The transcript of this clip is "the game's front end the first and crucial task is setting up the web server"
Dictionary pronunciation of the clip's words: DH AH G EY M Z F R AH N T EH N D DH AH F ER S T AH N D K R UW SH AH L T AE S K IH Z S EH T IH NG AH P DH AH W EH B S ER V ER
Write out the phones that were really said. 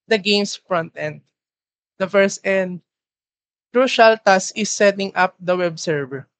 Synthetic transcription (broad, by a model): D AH G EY M S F R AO N T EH N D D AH F ER S T AH N D K R UW SH AH L T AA S IH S EH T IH NG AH P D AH W EH B S ER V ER